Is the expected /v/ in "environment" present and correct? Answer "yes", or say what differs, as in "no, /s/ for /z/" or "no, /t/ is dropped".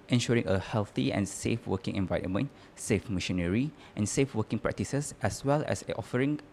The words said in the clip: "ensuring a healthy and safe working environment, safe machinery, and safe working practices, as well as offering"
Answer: yes